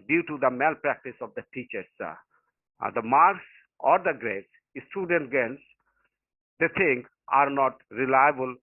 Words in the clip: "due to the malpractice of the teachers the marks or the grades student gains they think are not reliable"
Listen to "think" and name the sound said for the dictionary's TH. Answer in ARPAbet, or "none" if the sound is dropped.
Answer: T